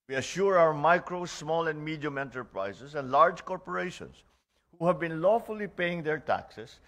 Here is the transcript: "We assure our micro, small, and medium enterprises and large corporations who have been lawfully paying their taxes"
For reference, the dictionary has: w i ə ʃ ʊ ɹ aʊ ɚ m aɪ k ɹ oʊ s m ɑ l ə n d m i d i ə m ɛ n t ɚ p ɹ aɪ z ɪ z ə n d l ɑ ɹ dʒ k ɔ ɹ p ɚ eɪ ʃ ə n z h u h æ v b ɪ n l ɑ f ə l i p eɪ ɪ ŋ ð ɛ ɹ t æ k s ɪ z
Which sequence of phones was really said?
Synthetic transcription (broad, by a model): w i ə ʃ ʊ ɹ aʊ ɚ m aɪ k ɹ oʊ s m ɑ l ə n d m i d i ə m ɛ n t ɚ p ɹ aɪ s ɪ s ə n d l ɑ ɹ dʒ k ɔ ɹ p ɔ eɪ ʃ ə n s h u h æ v b ɪ n l ɑ f ə l i p eɪ ɪ ŋ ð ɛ ɹ t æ k s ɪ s